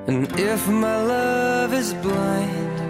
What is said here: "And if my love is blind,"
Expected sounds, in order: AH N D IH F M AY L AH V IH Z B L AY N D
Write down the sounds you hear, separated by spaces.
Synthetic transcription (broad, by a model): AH N IH F M AY L AH V IH Z B L AY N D